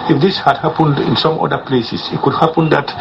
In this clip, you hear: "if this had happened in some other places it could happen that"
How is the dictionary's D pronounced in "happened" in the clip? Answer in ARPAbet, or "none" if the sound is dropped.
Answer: D